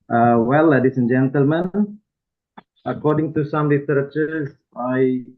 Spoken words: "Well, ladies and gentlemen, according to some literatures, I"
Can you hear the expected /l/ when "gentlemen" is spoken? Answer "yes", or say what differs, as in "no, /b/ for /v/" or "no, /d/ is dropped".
yes